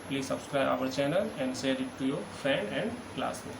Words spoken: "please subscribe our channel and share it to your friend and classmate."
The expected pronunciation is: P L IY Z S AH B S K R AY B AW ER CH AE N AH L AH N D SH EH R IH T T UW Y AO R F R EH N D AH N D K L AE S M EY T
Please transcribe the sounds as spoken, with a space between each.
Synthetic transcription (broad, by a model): P L IY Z S AH B S K R AY B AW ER CH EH N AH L AH N D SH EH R IH T T UW Y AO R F EH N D AH N D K L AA S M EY